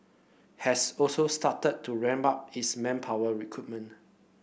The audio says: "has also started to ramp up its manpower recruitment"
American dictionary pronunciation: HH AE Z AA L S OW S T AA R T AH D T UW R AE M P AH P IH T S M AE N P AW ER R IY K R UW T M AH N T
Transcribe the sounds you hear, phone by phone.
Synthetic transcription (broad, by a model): HH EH S AA L S OW S T AA T AH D T UW R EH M B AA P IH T S M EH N P AW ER R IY K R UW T M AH N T